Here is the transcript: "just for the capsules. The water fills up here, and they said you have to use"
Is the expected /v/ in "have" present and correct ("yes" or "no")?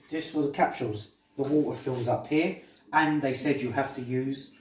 no